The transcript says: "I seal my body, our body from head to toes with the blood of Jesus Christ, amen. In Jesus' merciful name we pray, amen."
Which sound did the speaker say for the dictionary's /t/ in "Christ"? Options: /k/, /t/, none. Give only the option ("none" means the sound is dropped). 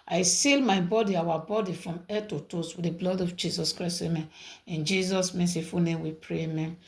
none